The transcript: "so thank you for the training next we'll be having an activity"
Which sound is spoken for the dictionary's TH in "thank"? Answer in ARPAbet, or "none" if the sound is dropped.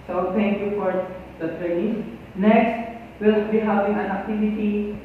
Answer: T